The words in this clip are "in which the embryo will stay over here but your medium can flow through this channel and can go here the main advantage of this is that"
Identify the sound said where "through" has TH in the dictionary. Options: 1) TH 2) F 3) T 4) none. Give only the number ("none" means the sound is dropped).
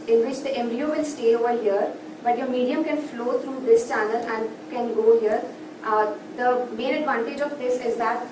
3